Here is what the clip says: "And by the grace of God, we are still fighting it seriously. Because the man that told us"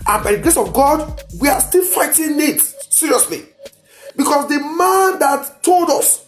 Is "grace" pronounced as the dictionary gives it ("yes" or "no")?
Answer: yes